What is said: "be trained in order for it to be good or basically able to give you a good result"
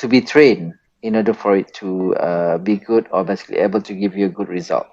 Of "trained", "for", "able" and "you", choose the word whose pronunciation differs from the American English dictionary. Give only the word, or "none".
trained